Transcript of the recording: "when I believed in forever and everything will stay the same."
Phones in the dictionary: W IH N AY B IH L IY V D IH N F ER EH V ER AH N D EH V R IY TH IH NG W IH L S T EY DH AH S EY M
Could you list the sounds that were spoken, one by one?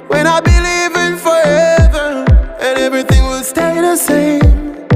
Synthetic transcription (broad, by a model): W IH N AY B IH L IY V IH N F ER EH V ER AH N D EH V R IY TH IH NG W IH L S T EY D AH S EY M